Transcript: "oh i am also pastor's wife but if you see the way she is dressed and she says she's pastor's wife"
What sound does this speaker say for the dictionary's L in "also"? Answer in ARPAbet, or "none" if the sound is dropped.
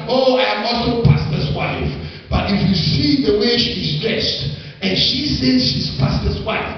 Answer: none